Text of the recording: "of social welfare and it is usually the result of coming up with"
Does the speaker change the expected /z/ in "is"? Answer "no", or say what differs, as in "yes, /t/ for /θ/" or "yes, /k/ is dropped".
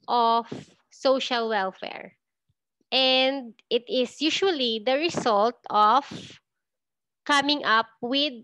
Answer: yes, /s/ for /z/